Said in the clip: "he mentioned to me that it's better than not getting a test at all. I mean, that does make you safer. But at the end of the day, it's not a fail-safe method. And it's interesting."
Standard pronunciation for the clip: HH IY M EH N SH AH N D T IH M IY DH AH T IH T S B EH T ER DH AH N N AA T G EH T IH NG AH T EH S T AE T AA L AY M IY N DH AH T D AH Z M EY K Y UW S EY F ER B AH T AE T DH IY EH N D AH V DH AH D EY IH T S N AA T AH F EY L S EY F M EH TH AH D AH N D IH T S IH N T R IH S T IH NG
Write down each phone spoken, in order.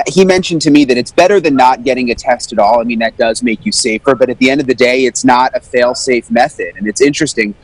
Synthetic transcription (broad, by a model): HH IY M EH N SH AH N T IH M IY DH AH T IH T S B EH T ER DH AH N N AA T G EH T IH NG AH T EH S T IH T AA L AY M IY N DH AH T D AH Z M EY K Y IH S EY F ER B AH T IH T DH IY EH N D AH V DH AH D EY IH T S N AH T AH F EY L S EY F M EH TH AH D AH N IH T S IH N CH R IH S T IH NG